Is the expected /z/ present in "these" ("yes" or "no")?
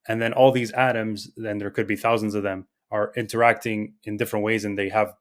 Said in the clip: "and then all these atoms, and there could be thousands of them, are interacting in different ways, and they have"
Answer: yes